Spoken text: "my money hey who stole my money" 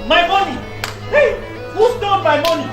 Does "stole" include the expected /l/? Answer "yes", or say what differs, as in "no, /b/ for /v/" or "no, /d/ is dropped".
no, /n/ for /l/